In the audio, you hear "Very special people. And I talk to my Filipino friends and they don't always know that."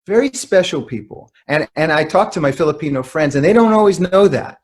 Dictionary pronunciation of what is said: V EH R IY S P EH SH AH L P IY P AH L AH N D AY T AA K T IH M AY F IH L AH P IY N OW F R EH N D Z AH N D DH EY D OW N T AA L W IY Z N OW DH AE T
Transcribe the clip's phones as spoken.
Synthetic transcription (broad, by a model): V EH R IY S P EH SH L P IY P L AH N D AY T AA K T IH M AY F IH L AH P IY N OW F R EH N D Z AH N DH EY D OW N T AA L W IY Z N OW DH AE T